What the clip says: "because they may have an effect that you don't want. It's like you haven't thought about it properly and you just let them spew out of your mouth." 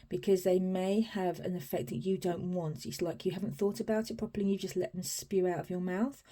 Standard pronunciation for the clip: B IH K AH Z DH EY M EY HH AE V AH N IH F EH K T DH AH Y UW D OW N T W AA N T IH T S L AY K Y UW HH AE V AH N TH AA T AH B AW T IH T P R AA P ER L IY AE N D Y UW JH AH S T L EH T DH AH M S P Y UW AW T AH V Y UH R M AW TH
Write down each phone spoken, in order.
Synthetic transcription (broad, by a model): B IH K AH Z DH EY M EY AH V AH N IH F EH K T DH AH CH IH D OW N T W AA N T IH T S L AY K Y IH HH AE V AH N TH AA T AH B AW T IH T P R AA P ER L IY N Y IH JH AH S T L EH T DH AH M S P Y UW AW T AH V Y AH R M AW TH